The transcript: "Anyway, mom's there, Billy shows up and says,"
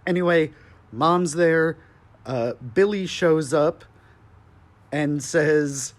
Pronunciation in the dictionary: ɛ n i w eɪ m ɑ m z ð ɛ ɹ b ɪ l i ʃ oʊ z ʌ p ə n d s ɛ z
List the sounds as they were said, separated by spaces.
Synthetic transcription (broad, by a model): ɛ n i w eɪ m ɑ m z ð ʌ ɹ b ɪ l i ʃ oʊ z ʌ p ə n s ɛ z